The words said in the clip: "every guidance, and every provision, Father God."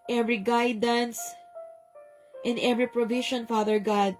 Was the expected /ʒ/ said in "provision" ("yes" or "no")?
no